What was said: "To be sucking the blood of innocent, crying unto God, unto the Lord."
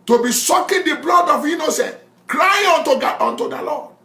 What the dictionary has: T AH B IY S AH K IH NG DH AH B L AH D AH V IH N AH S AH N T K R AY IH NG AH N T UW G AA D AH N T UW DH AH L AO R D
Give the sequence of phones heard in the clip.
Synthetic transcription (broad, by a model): T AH B IY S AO K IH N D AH B L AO D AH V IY N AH S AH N K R AY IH N T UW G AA AO N T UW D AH L AO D